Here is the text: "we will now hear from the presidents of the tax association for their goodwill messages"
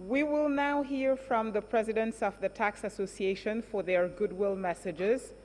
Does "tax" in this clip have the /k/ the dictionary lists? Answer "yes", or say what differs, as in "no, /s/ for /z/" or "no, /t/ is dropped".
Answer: yes